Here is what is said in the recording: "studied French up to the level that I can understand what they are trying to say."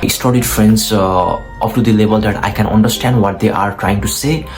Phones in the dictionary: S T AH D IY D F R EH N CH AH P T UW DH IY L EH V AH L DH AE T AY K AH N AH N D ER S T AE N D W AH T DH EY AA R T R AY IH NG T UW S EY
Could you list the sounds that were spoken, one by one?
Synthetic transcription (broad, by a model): S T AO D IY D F R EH N S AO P T UW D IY L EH B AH L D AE T AY K AH N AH N D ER S T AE N D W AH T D EY AA R T R AY IH NG T UW S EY